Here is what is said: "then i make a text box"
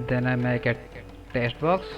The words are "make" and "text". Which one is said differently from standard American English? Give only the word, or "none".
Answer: text